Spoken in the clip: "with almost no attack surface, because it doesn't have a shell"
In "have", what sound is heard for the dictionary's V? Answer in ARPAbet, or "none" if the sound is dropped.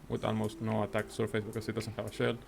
V